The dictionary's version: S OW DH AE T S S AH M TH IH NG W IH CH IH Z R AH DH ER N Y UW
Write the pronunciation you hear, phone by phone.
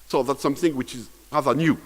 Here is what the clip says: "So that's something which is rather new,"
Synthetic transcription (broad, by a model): S OW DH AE T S S AH M TH IH NG W IH CH IH Z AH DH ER N Y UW